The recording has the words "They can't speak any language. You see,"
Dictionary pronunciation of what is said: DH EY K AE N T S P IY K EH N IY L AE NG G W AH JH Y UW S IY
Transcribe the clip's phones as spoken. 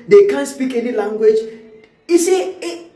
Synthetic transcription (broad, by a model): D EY K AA N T S P IY K EH N IY L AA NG G W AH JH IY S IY